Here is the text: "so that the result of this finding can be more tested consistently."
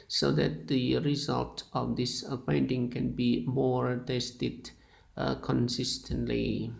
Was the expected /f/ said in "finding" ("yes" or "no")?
no